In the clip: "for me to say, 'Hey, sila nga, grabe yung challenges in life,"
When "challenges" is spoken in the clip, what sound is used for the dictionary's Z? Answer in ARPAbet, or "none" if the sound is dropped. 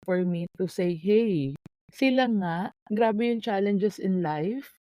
S